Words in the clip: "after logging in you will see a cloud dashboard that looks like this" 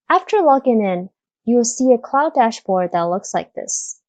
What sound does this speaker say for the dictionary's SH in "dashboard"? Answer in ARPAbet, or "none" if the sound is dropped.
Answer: SH